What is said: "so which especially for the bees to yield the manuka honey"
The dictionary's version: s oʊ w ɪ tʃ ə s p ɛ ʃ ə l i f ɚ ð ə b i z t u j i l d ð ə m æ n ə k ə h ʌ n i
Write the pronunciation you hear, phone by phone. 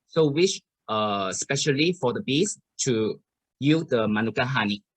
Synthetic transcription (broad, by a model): s oʊ w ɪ ʃ ə s p ɛ ʃ ə l i f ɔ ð ə b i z t u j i d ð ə m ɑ n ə k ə h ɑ n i